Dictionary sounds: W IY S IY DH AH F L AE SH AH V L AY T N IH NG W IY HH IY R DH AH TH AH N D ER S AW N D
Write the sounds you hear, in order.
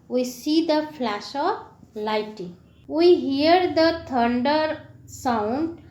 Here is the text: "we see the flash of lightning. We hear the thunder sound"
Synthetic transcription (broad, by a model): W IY S IY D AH F L AE SH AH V L AY T IH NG W IY HH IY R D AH T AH N D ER S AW N D